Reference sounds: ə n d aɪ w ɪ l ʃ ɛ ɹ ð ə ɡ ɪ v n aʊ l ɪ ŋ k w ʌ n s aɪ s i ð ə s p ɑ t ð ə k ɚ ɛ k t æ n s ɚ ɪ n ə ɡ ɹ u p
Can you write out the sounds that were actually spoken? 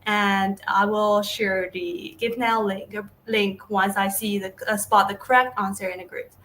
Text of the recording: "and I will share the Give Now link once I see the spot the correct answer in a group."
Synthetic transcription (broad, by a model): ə n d aɪ w ɪ l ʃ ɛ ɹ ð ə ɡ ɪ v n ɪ l ɪ ŋ k w ʌ n s aɪ s i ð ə s p ɑ t ð ə k ɚ ɛ k t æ n s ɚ ɪ n ə ɡ ɹ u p